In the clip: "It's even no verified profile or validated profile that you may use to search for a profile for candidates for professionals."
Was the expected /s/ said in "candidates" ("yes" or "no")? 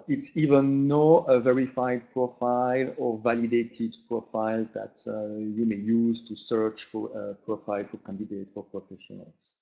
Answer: no